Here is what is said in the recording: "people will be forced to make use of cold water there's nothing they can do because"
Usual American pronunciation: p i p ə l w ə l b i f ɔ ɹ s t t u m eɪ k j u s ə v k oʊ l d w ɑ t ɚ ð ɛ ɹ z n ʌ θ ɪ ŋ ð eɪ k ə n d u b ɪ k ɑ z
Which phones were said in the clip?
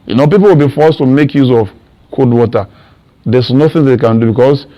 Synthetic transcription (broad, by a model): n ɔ p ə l w ə l b i f ɔ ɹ s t t u m eɪ k j u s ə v k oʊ d w ɑ t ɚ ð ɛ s n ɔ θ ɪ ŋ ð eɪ k ə n d u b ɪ k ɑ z